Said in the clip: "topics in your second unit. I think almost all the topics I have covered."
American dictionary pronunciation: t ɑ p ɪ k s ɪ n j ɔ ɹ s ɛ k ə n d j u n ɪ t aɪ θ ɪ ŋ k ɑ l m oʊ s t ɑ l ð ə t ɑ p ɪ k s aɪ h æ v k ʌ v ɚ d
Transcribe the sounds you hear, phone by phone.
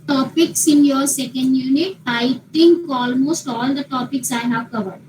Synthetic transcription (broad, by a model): t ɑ p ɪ k s ɪ n j ɔ ɹ s ɛ k ə n d j u n ɪ t aɪ t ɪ ŋ k ɑ l m oʊ s t ɑ l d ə t ɑ p ɪ k s aɪ h æ v k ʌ v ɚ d